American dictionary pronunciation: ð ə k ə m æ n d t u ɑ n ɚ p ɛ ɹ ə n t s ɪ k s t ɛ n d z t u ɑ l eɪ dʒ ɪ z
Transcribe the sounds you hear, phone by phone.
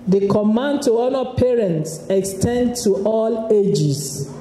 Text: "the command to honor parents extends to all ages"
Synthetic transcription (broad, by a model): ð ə k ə m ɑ n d t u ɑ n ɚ p ɛ ɹ ə n t s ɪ k s t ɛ n d t u ɑ l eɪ dʒ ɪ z